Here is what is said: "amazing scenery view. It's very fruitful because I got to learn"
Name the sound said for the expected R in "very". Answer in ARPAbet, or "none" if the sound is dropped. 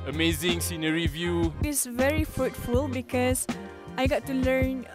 R